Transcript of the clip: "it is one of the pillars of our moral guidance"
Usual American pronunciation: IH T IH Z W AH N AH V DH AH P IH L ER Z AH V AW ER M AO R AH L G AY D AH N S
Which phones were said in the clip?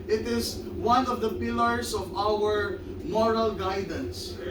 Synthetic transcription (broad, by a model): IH T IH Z W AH N AH V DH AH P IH L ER S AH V AW ER M AO R AH L G AY D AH N S